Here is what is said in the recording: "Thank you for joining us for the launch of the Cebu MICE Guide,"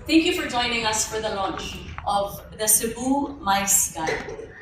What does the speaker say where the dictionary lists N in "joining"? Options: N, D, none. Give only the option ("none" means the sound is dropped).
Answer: N